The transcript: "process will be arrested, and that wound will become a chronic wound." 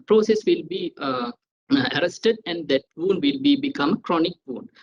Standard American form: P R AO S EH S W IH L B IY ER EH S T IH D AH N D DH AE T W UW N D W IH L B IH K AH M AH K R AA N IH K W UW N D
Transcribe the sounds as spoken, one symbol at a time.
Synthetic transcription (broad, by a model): P R AO S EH S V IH L B IY ER EH S T IH D AH N D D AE T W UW N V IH L B IH K AH M AH K R AA N IH K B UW N